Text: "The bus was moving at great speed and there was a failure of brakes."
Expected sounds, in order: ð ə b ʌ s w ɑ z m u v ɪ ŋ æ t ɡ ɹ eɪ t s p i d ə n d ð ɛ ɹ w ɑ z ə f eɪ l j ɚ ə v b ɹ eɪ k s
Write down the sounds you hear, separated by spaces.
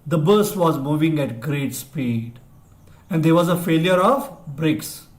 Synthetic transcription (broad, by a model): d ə b ʌ s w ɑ z m u v ɪ ŋ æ t ɡ ɹ eɪ t s p i d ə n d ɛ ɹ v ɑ z ə f eɪ l j ɚ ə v b ɹ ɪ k s